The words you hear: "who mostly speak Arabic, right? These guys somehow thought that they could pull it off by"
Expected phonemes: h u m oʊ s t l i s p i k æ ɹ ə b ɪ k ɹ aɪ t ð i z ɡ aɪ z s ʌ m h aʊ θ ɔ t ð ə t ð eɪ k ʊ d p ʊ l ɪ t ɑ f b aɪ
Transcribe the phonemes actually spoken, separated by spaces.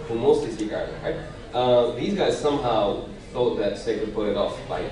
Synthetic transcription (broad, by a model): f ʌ m oʊ s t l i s i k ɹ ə ɪ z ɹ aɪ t ð i z ɡ aɪ z s ʌ m h aʊ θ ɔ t ð ə t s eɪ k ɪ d p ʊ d ɪ t ɑ f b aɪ